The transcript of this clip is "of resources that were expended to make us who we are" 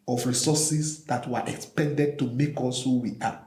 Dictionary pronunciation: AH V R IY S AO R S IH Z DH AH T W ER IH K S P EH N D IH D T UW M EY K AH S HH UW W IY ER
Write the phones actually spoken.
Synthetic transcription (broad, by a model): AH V R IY S AO S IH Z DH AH T W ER IH K S P EH N D IH D T UW M EY K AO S HH UW W IY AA